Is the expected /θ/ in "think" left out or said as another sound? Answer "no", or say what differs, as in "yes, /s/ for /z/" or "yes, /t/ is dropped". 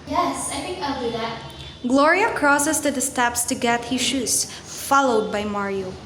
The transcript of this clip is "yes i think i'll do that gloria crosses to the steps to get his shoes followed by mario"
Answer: yes, /f/ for /θ/